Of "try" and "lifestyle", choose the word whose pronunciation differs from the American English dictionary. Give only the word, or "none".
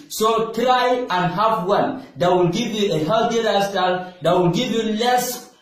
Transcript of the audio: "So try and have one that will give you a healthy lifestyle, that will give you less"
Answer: lifestyle